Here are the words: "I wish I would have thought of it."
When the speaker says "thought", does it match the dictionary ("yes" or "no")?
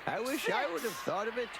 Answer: yes